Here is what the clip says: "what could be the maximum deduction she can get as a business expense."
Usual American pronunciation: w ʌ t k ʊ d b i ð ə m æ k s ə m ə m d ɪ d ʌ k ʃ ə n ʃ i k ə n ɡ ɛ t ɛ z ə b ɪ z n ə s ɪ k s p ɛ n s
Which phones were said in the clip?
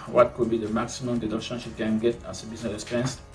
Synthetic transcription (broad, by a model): w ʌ t k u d b i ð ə m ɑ k s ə m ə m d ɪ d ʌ ʃ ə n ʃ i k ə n ɡ ɛ t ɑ s ə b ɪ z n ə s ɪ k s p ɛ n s